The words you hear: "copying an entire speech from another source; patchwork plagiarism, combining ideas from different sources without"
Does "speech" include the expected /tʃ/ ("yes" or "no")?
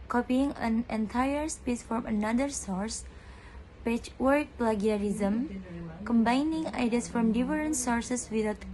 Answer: no